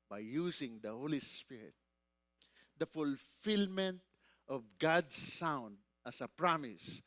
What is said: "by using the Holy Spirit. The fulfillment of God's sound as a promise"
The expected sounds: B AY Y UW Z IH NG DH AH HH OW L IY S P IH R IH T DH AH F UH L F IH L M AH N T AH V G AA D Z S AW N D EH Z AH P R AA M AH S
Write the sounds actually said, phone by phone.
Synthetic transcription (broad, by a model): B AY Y UW S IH NG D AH HH OW L IY S P IH R IH T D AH F UH L F IH L M AH N T AH V G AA D S AW N D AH S AH P R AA M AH S